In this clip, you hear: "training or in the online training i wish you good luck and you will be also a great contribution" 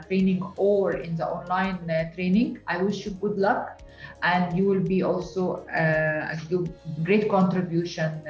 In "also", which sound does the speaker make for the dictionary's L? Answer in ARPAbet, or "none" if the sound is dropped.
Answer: L